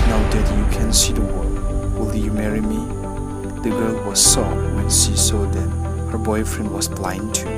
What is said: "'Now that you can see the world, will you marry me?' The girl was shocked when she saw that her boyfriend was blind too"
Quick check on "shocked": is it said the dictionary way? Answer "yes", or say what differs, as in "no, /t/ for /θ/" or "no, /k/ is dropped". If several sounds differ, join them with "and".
no, /s/ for /ʃ/